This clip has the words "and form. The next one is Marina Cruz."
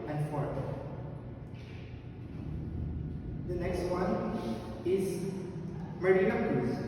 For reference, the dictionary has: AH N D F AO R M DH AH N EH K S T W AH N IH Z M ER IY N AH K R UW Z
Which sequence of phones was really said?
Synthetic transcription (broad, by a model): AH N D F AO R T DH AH N EH K S T W AH N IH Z M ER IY AH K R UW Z